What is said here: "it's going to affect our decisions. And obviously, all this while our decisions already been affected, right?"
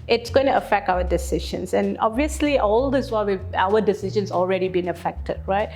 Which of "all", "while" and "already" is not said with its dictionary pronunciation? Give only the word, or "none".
while